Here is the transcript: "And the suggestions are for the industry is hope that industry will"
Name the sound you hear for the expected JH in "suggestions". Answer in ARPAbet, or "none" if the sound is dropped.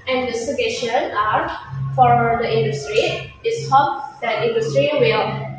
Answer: none